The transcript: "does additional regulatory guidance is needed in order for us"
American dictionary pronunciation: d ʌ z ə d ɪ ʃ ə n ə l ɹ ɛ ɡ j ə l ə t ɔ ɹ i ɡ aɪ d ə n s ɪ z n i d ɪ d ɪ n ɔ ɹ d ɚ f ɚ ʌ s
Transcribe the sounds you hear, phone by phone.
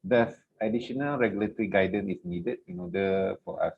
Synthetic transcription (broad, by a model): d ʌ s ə d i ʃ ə n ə l ɹ ɛ ɡ j ə l ə t ɔ ɹ i ɡ aɪ d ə n ɪ s n i d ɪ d ɪ n ɔ d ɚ f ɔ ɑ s